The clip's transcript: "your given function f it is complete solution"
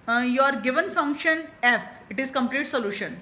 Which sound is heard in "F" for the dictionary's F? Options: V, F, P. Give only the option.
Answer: F